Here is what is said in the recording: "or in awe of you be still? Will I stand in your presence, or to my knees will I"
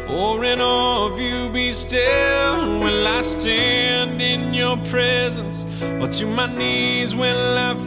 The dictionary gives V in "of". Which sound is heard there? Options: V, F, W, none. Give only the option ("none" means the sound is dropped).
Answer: V